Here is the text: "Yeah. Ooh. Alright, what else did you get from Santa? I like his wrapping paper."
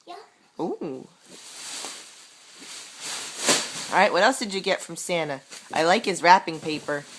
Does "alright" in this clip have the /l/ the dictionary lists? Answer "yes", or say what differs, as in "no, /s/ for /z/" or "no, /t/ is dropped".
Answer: no, /l/ is dropped